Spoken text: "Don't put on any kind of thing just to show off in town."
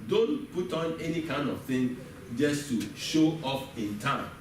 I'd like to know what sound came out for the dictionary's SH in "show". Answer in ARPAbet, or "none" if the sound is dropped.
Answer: SH